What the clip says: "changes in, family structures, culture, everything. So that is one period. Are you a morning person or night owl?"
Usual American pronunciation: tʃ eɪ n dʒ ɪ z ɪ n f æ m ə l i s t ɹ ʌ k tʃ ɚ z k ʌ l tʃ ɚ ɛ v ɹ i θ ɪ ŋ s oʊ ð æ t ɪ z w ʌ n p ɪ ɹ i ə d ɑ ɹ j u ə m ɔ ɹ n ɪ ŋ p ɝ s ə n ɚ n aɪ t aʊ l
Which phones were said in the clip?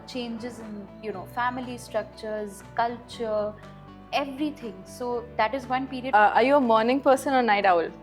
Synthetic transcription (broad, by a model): tʃ eɪ n dʒ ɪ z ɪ n f æ m ə l i s t ɹ ʌ k tʃ ɚ z k ʌ l tʃ ɚ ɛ v ɹ i t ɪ ŋ s oʊ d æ t ɪ z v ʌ n p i ɹ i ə ɑ ɹ j u ə m ɔ ɹ n ɪ ŋ p ɝ s ə n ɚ n aɪ t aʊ l